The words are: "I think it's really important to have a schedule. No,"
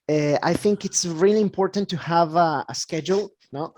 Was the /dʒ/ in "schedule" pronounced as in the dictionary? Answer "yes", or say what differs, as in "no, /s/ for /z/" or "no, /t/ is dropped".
yes